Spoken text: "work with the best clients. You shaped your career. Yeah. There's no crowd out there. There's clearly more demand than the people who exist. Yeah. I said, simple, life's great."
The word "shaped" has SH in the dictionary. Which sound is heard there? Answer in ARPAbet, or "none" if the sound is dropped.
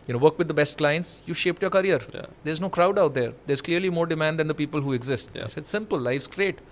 SH